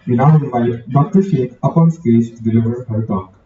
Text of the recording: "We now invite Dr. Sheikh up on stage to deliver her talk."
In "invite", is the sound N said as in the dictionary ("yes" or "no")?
no